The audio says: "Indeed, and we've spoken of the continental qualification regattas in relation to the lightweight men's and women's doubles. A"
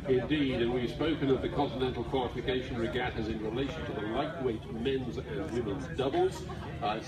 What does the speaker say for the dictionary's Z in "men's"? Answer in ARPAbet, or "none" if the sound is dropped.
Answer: Z